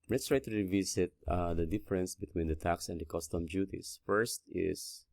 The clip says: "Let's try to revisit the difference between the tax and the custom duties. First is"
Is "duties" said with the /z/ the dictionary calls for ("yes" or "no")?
no